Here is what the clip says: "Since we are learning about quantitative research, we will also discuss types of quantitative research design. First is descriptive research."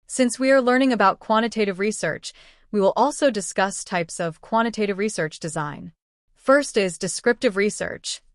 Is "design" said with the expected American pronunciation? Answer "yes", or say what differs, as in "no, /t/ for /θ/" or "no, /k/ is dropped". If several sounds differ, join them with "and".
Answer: yes